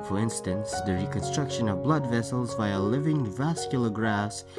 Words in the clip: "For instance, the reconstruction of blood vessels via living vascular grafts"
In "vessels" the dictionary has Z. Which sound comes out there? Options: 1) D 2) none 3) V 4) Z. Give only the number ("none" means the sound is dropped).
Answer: 4